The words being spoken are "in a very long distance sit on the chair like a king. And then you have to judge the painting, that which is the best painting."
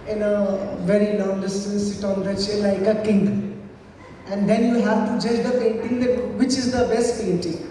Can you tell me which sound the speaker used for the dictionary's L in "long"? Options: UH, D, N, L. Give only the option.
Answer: N